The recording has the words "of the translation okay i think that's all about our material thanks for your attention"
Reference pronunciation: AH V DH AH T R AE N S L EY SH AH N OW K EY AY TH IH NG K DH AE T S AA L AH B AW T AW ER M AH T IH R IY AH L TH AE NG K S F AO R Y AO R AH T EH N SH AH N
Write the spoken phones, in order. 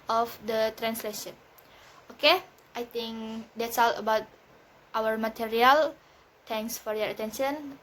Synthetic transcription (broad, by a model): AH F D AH T R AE N S L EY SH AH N OW K EY AY T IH NG K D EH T S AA L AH B AW T AW ER M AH T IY R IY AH L T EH NG K S F AO R Y AO R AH T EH N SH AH N